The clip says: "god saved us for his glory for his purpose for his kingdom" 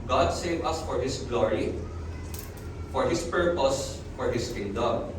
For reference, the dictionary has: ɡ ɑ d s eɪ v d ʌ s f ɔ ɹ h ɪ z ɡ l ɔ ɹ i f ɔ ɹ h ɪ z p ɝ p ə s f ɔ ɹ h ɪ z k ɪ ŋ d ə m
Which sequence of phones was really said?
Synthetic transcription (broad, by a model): ɡ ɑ d s eɪ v ʌ s f ɔ ɹ h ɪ s ɡ l ɔ ɹ i f ɔ ɹ h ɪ s p ɝ p ə s f ɔ ɹ h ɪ s k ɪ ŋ d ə m